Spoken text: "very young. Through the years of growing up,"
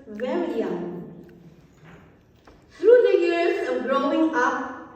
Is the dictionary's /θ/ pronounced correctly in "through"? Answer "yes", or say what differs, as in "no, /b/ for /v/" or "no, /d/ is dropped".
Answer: no, /t/ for /θ/